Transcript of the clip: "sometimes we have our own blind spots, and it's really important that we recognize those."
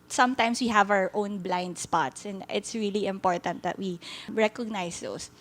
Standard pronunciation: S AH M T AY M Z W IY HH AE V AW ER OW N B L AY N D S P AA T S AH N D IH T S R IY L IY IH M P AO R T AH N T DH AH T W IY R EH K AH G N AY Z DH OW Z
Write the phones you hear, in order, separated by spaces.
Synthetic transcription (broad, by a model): S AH M T AY M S W IY HH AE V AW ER OW N B L AY N D S P AA T S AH N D IH T S R IY L IY IH M P AO R T AH N T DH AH T W IY R EH K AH G N AY S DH OW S